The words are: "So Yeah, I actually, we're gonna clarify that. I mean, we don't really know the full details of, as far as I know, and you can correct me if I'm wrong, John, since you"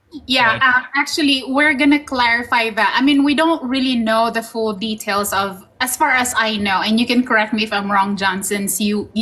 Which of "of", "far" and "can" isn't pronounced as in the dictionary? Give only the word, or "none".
none